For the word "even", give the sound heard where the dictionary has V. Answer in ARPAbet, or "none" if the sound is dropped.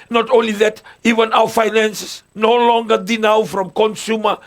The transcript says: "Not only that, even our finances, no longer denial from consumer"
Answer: V